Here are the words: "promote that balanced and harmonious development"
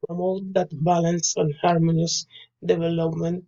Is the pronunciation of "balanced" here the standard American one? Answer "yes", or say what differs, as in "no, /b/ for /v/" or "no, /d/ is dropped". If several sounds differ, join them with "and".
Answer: no, /t/ is dropped